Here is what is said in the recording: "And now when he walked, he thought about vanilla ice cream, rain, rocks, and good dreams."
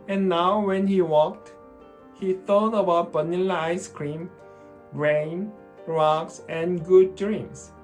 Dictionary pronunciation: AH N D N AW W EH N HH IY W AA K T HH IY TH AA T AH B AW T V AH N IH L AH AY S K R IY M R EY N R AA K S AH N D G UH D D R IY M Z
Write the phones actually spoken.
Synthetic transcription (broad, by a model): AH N N AW W EH N HH IY W AA K T HH IY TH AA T AH B AW T B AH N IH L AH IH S K R IY M R EY N R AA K S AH N G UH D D R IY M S